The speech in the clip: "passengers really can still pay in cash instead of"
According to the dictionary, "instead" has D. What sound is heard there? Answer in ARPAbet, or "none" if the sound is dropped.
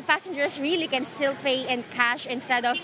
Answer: D